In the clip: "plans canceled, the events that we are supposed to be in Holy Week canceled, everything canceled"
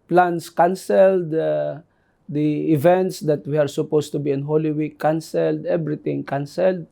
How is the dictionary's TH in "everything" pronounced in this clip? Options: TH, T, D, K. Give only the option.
T